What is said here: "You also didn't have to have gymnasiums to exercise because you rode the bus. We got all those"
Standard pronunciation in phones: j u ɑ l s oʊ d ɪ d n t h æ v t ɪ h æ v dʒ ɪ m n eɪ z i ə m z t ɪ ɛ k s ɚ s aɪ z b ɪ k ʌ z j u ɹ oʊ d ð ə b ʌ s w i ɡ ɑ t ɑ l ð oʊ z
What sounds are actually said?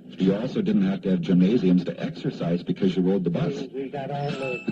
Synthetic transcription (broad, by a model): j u ɑ l s oʊ d ɪ d n t h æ f t ɪ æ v dʒ ɪ m n eɪ z i ə m z t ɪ ɛ k s ɚ s aɪ z b ɪ k ʌ z j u ɹ oʊ d ð ə b ʌ s